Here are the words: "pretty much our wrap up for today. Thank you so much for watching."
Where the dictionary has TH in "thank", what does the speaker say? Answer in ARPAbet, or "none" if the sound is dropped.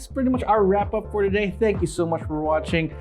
TH